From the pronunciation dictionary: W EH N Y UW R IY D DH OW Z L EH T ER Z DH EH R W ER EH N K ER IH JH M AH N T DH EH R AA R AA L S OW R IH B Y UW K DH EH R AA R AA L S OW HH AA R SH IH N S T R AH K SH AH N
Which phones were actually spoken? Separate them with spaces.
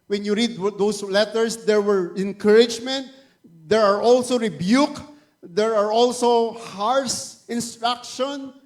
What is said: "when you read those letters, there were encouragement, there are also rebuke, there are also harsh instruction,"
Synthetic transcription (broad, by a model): W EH N Y UW R IY D OW S L EH T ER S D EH R W ER EH N K ER IH JH M AH N T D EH R AA R AA L S OW R IH B Y UW K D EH R AA R AA L S OW HH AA R S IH N S T R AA K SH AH N